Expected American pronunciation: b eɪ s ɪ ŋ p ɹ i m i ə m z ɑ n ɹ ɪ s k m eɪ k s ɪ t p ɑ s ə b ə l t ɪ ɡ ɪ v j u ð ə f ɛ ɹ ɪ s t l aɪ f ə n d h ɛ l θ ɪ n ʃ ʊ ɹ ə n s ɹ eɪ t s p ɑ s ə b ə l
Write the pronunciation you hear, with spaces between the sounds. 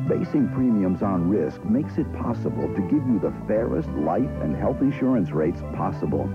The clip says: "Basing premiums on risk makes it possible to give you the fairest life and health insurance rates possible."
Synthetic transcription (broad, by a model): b eɪ s ɪ ŋ p ɹ i m i ə m z n ɹ ɪ s k m eɪ k s ɪ t p ɑ s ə b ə l t ɪ ɡ ɪ v j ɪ ð ə f ɛ ɹ ɪ s t l aɪ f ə n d h ɛ l θ ɪ n ʃ ʊ ɹ ə n s ɹ eɪ t s p ɑ s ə b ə l